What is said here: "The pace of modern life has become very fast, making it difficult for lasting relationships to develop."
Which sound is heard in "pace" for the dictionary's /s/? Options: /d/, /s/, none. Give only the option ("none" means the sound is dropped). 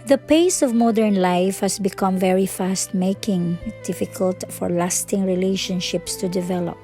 /s/